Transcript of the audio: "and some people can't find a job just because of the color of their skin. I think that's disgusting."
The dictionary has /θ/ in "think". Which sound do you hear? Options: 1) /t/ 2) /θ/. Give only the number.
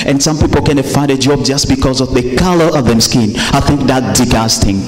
2